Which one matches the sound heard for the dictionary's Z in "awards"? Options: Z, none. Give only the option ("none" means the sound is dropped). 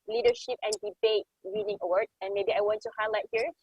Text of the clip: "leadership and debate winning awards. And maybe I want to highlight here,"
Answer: none